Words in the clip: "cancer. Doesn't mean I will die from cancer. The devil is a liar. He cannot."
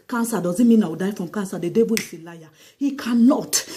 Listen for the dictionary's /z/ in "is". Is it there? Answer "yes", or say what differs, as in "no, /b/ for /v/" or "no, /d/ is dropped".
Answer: no, /s/ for /z/